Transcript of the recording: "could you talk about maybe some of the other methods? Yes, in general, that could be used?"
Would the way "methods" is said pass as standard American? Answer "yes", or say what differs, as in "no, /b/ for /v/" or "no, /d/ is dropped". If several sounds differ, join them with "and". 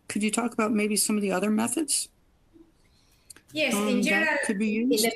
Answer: yes